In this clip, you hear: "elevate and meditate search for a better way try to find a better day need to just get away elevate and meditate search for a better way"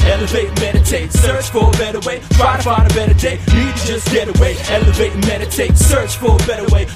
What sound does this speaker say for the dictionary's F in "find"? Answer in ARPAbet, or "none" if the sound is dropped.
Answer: P